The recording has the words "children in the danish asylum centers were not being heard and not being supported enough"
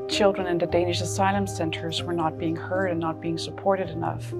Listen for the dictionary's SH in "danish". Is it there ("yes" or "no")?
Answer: yes